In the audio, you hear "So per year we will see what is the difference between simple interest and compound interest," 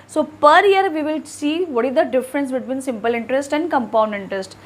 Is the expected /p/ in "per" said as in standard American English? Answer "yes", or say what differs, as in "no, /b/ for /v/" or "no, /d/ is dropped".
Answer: yes